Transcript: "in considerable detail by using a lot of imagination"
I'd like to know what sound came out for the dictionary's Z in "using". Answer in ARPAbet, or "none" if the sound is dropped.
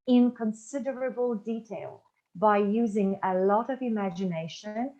Z